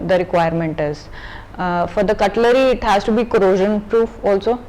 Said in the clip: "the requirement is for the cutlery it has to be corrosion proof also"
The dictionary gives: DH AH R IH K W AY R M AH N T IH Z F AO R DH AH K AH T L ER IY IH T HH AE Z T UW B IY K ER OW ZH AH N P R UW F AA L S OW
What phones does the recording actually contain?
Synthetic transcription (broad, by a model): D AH R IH K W AY R M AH N T IH Z F AO R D AH K AH T L ER IY IH T HH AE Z T UW B IY K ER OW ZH AH N P R UW F AA L S OW